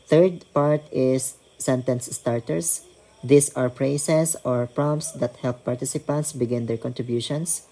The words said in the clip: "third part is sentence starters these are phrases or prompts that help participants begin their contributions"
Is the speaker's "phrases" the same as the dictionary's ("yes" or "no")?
no